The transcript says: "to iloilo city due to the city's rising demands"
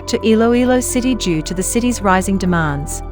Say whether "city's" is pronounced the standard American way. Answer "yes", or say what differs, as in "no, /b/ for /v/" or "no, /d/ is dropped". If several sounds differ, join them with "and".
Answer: yes